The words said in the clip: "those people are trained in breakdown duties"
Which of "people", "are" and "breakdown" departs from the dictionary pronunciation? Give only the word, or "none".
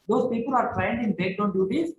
breakdown